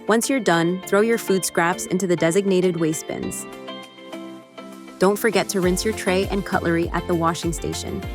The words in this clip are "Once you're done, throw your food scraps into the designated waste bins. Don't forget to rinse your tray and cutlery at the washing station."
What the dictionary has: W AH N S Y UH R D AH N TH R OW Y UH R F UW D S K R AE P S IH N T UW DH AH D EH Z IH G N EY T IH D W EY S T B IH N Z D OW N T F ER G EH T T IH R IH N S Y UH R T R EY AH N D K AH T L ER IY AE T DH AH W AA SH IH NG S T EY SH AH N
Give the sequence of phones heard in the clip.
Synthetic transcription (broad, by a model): W AH N S Y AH R D AH N TH R OW Y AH R F UW D S K R AE P S IH N T UW DH AH D EH Z IH G N EY T IH D W EY S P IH N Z D OW N T F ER G EH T T IH R IH N S Y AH R T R EY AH N K AH T L ER IY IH T DH AH W AA SH IH NG S T EY SH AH N